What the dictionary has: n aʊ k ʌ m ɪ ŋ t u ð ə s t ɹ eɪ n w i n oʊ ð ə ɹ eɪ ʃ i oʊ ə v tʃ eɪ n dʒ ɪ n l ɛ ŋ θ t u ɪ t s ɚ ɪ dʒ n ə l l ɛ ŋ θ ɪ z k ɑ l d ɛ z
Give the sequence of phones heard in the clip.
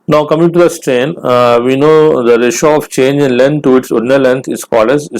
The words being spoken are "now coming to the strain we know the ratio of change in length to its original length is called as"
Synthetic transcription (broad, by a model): n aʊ k ʌ m ɪ ŋ t u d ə s t ɹ eɪ n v i n oʊ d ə ɹ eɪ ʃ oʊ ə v tʃ eɪ n dʒ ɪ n l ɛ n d t u ɪ t s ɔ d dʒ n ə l l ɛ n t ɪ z k ɑ l d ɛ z